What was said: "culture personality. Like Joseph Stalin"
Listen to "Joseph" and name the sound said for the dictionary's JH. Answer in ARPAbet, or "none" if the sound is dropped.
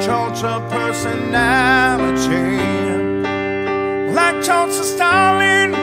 CH